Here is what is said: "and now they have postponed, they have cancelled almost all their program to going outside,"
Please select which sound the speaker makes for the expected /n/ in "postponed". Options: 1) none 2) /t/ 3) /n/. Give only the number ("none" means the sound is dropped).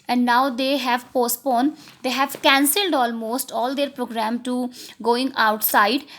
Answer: 3